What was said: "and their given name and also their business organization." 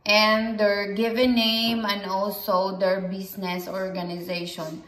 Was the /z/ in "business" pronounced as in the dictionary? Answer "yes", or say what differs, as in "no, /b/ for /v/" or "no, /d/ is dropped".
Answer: no, /s/ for /z/